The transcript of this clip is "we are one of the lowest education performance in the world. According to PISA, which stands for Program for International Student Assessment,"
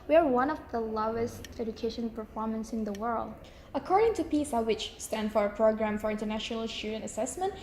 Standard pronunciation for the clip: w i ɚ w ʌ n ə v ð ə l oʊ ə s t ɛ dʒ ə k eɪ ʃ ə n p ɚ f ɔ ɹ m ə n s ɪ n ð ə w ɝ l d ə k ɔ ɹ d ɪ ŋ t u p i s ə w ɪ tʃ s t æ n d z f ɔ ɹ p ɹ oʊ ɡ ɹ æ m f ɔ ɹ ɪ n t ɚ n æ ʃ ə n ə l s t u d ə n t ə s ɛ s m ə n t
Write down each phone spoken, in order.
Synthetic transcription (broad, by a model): w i ɚ w ʌ n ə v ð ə l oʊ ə s t ɛ dʒ ə k eɪ ʃ ə n p ɚ f ɔ ɹ m ə n s ɪ n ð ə w ɝ l d ə k ɔ ɹ d ɪ ŋ t u p i s ə w ɪ tʃ s t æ n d f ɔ ɹ p ɹ oʊ ɡ ɹ æ m f ɔ ɹ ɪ n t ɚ n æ ʃ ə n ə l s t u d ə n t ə s ɛ s m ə n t